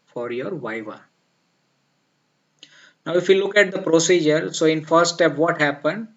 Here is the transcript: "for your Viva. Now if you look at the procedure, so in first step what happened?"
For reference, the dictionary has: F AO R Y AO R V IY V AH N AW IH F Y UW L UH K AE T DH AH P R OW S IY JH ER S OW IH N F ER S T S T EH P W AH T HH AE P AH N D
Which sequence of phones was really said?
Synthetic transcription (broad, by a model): F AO R Y AO R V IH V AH N AW IH F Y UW L UH K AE T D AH P R OW S IY JH ER S OW IH N F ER T S T EH P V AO T HH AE P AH N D